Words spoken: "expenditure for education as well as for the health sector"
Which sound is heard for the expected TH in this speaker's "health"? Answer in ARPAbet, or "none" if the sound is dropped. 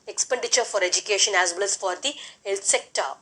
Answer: T